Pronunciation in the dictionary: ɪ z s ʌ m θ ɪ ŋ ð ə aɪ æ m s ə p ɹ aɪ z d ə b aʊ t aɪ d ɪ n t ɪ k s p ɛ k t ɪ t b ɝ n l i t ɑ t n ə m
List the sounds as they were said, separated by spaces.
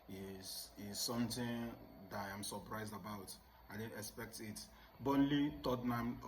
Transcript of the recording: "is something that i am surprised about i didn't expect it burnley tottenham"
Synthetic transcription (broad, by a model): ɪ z s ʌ m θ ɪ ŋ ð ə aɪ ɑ m s ə p ɹ aɪ z d ə b aʊ t aɪ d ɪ n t ɪ k s p ɛ k t ɪ t b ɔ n l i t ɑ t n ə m